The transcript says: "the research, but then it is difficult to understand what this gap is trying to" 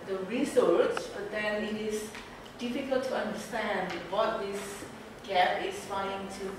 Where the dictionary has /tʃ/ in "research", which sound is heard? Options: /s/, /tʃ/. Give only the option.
/s/